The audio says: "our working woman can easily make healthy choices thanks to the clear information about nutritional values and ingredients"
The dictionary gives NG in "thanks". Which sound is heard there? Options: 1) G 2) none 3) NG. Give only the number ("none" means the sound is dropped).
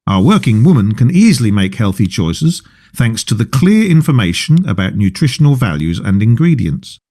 3